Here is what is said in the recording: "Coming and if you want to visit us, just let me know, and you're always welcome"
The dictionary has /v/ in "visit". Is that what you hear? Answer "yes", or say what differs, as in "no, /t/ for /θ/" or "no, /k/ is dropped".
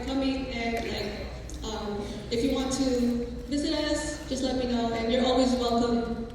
yes